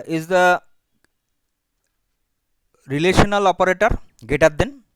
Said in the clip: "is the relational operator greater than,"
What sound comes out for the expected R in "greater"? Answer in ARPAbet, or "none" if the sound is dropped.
none